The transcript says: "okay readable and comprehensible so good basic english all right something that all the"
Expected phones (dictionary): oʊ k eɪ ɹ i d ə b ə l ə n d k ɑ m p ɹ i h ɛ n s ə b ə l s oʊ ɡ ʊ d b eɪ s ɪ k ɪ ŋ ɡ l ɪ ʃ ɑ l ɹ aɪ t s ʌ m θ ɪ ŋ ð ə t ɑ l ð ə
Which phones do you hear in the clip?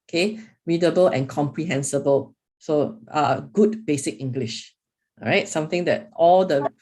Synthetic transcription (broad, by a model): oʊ k eɪ ɹ i d ə b ə l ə n k ɑ m p ɹ i h ɛ n s ə b ə l s oʊ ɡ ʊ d b eɪ s ɪ k ɪ ŋ ɡ l ɪ ʃ ɹ aɪ t s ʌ m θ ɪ ŋ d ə t ɑ l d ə